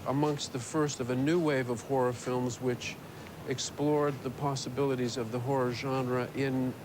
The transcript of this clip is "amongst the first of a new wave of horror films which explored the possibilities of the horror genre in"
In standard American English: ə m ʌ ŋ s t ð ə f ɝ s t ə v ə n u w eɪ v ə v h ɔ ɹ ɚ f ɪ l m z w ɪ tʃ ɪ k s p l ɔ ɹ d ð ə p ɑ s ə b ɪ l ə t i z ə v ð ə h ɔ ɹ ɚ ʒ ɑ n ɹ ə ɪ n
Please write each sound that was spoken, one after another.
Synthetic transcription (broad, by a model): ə m ʌ ŋ s t ð ə f ɝ s t ə v ə n u w eɪ v ə v h ɔ ɹ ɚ f ɪ l m z w ɪ tʃ ɪ k s p l ɔ ɹ d ð ə p ɑ s ə b ɪ l ə t i z ə v ð ə h ɔ ɹ ɚ ʒ ɑ n ɹ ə ɪ n